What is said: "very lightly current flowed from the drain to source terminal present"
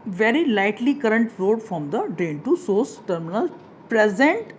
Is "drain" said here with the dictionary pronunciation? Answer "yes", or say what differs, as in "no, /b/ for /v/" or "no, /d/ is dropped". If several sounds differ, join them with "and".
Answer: no, /ɹ/ is dropped